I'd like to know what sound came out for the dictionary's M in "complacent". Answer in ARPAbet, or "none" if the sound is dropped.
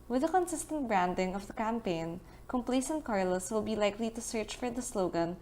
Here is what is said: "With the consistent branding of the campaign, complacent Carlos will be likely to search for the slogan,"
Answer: M